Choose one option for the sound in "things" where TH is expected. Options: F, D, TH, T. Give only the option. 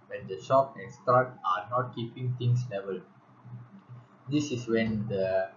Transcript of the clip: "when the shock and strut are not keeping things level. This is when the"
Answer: T